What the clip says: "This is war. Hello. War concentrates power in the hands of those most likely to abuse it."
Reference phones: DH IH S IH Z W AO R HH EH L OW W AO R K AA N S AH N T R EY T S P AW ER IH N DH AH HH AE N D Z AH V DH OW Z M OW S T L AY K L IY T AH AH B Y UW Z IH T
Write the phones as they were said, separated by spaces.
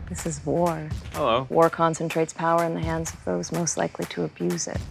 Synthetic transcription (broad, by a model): DH IH S IH Z W AO R HH EH L OW W AO R K AA N S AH N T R EY T S P AW ER IH N DH AH HH AE N D Z AH V DH OW Z M OW S T L AY K L IY T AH AH B Y UW Z IH T